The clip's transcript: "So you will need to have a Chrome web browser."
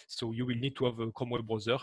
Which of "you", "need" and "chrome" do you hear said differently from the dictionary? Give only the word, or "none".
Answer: chrome